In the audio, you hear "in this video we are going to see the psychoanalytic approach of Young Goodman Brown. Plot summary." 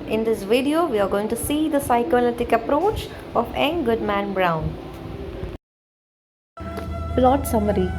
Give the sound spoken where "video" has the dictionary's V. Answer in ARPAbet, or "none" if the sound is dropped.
V